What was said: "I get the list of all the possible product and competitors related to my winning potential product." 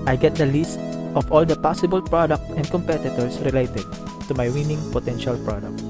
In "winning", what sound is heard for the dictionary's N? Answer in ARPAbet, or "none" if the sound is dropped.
N